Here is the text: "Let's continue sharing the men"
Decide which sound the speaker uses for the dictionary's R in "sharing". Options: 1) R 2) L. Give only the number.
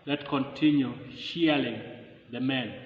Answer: 2